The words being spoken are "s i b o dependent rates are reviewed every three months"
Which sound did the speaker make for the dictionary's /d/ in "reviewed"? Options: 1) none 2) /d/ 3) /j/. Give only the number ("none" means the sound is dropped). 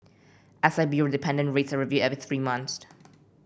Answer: 1